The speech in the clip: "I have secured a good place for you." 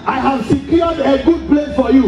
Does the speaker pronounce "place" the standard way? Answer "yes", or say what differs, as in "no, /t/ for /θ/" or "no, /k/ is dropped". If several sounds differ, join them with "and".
no, /s/ is dropped